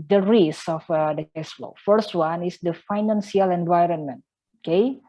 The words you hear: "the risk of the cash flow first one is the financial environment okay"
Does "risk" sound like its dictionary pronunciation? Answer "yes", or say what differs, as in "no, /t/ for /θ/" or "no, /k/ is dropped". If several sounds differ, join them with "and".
no, /k/ is dropped